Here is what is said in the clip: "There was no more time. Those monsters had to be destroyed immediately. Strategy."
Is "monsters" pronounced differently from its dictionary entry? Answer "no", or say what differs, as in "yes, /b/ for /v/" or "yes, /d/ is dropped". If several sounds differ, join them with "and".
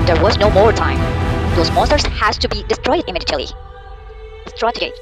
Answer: yes, /n/ is dropped